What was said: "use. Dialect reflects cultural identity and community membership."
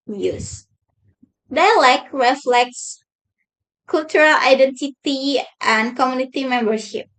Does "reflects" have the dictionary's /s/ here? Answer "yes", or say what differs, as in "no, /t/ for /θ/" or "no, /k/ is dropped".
yes